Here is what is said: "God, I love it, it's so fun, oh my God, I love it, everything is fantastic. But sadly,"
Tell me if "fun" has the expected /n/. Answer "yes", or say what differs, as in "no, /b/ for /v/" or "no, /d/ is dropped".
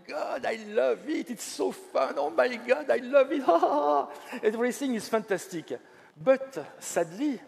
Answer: yes